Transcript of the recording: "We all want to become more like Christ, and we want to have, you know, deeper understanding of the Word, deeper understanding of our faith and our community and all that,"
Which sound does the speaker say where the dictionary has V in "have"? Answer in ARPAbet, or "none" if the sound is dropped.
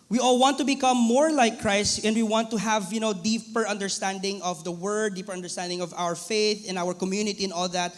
V